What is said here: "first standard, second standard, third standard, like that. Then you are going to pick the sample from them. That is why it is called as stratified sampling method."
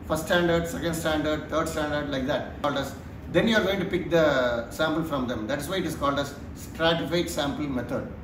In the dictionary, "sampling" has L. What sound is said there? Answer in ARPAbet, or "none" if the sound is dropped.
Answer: none